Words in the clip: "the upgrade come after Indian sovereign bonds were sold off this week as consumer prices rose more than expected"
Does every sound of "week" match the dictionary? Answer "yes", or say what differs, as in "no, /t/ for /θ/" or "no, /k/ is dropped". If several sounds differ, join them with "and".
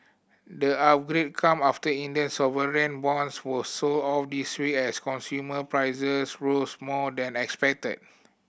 no, /k/ is dropped